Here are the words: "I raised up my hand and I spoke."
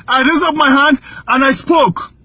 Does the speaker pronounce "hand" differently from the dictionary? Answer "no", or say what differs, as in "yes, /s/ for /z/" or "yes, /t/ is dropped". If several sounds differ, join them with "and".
no